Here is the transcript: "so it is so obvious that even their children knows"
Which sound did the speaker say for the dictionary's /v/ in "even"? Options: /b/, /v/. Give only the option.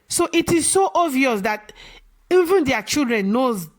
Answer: /v/